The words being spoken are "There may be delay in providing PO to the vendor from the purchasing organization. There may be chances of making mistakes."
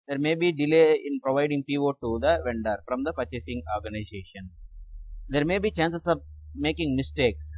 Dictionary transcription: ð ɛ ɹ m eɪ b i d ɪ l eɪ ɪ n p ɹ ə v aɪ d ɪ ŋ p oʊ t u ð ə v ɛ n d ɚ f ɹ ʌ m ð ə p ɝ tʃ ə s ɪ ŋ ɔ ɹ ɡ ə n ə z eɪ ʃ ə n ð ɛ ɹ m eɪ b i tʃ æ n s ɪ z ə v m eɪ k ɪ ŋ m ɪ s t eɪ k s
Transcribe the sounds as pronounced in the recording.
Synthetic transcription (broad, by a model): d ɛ ɹ m eɪ b i d ɪ l eɪ ɪ n p ɹ ə v aɪ d ɪ ŋ p oʊ t u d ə v ɛ n d ɚ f ɹ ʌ m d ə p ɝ tʃ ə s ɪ ŋ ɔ ɹ ɡ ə n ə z eɪ ʃ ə n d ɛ ɹ m eɪ b i tʃ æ n s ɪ s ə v m eɪ k ɪ ŋ m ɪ s t eɪ k s